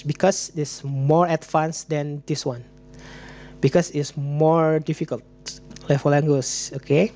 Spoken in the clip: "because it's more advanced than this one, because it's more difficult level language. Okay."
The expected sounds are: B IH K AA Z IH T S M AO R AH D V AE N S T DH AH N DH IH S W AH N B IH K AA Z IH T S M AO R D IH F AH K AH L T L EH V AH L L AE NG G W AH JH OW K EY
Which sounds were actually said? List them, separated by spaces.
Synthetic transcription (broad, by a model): B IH K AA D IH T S M AO R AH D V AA N S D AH N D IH S W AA N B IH K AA S IH T S M AO R D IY F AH K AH L T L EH F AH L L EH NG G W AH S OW K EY